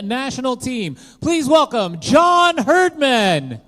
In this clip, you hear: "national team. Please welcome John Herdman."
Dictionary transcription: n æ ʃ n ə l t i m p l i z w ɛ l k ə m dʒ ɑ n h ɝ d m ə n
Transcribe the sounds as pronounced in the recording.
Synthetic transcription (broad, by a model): n æ ʃ n l t i m p l i z w ɛ l k ə m dʒ ɑ n h ɝ d m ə n